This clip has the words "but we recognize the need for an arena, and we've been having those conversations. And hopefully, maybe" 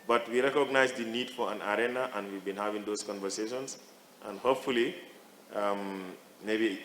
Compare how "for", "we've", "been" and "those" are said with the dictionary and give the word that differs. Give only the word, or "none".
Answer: those